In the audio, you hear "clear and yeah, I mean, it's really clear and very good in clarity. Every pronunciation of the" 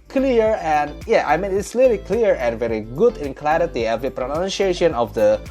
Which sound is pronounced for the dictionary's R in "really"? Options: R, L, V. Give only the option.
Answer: L